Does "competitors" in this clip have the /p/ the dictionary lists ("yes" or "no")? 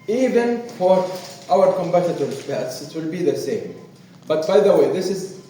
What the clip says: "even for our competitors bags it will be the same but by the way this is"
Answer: no